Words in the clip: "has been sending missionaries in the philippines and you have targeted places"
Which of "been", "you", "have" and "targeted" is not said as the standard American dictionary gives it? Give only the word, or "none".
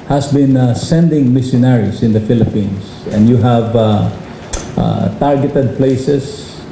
none